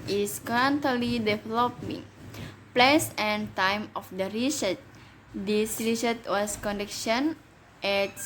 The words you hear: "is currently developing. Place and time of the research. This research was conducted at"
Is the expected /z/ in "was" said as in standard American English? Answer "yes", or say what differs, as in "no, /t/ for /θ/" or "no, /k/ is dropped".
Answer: no, /s/ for /z/